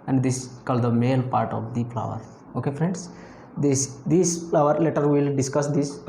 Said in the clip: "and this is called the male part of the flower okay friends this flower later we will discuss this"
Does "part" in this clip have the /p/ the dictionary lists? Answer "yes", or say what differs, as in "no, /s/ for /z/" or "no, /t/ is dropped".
yes